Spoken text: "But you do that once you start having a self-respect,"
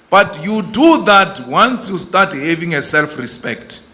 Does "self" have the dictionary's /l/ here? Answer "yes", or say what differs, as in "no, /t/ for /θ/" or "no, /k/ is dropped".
yes